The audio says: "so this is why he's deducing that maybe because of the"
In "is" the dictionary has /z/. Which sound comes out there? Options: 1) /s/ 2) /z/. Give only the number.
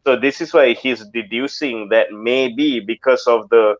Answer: 1